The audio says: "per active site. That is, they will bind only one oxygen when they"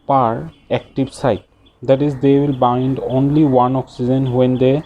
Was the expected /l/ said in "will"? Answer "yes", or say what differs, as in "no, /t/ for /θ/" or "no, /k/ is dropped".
yes